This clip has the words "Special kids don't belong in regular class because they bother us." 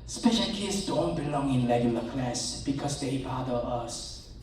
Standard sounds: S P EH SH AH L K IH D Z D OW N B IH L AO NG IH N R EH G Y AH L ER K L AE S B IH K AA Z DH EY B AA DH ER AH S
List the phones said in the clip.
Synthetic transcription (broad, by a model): S P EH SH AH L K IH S D OW N B IH L AO NG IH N L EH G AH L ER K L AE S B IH K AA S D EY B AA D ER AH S